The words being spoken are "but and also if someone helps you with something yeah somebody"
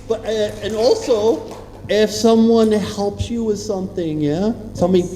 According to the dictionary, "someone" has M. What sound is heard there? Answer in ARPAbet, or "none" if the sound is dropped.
M